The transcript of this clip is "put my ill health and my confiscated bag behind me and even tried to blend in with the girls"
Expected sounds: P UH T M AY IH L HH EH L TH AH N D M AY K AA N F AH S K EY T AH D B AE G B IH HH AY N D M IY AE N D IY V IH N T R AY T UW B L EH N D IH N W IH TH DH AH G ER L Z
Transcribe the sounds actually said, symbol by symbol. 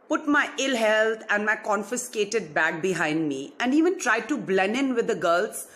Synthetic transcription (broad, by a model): P UH T M AY IH L HH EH L T AH N D M AY K AA N F AH S K EY T AH D B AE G B IH HH AY N D M IY AE N D IY V IH N T R AY T UW B L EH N IH N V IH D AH G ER L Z